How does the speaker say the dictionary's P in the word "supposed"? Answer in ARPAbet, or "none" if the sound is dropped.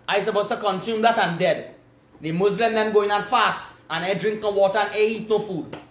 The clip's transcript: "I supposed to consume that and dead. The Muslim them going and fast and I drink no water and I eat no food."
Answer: B